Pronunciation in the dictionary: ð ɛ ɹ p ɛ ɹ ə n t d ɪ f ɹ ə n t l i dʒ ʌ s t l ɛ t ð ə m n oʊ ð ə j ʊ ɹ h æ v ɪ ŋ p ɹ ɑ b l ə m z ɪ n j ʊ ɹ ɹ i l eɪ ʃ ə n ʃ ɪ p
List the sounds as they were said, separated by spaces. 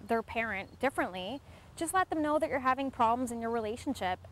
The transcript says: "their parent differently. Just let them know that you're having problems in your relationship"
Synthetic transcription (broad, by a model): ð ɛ ɹ p ɛ ɹ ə n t d ɪ f ɹ ə n t l i dʒ ʌ s t l ɛ t ð ə m n oʊ ð ə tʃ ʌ ɹ h æ v ɪ ŋ p ɹ ɑ b l ə m z ɪ n j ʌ ɹ ɹ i l eɪ ʃ n ʃ ɪ p